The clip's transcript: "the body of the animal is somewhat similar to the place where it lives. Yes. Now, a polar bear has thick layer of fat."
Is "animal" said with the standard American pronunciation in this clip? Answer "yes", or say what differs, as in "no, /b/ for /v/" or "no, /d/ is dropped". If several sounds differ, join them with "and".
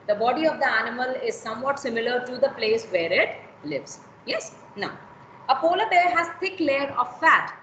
yes